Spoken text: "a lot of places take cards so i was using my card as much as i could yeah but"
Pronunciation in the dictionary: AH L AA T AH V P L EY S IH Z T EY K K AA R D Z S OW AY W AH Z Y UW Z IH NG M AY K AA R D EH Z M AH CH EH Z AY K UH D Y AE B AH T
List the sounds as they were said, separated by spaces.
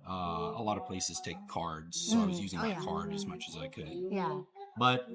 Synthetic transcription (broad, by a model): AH L AA T AH V P L EY S IH Z T EY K K AA R D Z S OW AY W AH Z Y UW Z IH NG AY K AA R D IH Z M AH CH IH Z AY K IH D Y AE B AH T